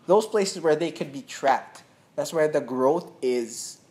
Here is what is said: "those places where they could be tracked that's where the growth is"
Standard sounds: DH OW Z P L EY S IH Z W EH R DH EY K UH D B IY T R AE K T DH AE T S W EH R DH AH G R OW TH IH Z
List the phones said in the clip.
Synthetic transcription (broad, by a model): DH OW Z P L EY S IH Z W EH R DH EY K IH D B IY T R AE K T DH AE T S W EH R DH AH G R OW TH IH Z